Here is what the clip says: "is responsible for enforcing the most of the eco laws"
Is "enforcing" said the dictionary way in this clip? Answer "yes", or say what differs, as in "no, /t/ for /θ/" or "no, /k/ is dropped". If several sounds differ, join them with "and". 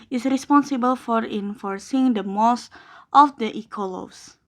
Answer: yes